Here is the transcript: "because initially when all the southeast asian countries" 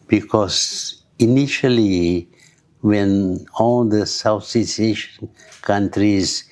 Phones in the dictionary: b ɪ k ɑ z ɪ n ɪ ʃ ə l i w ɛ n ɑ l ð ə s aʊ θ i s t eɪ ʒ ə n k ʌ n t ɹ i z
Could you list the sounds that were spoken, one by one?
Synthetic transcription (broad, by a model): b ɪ k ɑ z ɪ n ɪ ʃ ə l i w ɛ n ɑ l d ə s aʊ s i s eɪ ʃ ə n k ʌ n t ɹ i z